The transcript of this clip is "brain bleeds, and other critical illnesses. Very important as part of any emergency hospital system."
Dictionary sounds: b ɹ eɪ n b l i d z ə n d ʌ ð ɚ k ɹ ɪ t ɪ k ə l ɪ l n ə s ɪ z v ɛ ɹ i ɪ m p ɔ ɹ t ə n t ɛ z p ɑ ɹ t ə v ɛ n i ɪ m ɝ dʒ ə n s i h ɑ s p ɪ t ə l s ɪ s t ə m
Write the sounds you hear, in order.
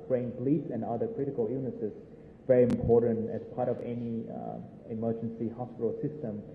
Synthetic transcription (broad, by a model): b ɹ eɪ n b l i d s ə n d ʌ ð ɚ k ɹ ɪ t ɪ k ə l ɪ n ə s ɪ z v ɛ ɹ i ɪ m p ɔ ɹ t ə n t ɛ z p ɑ ɹ t ə v ɛ n i ɪ m ɝ dʒ ə n s i h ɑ s p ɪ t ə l s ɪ s t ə m